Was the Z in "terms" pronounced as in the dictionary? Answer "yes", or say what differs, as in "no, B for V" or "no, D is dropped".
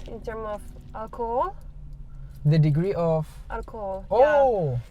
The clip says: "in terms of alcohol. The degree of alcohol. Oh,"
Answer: no, Z is dropped